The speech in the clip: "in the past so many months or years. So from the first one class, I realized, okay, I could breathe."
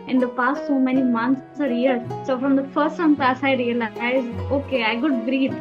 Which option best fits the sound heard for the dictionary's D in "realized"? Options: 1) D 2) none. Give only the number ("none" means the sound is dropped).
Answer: 2